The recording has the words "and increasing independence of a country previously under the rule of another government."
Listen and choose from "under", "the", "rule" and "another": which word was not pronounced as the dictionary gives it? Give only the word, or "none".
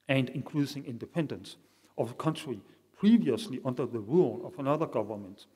none